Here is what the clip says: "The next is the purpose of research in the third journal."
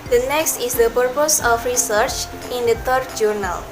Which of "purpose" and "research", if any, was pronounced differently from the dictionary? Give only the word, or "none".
none